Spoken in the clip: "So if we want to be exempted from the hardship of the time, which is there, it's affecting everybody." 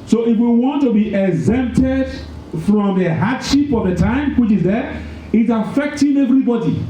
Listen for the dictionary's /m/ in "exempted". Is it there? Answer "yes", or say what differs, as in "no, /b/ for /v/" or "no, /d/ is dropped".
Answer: yes